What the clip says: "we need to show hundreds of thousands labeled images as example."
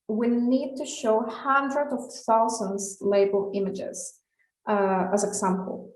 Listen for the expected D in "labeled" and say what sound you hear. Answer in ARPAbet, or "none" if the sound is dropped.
none